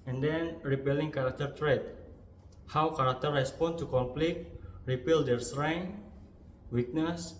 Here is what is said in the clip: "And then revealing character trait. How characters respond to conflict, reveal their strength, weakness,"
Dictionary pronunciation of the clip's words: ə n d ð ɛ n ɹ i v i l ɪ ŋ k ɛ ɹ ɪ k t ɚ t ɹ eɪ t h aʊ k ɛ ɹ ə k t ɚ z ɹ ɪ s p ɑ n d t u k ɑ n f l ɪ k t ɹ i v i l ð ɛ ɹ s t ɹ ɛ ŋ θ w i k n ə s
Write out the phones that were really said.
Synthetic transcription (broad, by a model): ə n d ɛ n ɹ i p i l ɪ ŋ k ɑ ɹ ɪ k t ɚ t ɹ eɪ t h aʊ k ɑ ɹ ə k t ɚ ɹ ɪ s p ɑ n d t u k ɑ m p l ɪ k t ɹ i p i l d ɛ ɹ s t ɹ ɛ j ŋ w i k n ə s